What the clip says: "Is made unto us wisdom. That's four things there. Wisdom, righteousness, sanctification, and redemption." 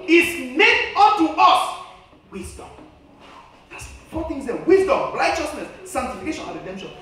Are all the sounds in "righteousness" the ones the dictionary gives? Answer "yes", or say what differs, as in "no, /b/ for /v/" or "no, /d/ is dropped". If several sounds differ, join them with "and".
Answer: no, /l/ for /ɹ/